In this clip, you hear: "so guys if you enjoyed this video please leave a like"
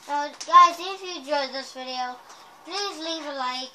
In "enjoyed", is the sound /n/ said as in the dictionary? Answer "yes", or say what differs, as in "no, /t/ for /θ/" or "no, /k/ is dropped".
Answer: no, /n/ is dropped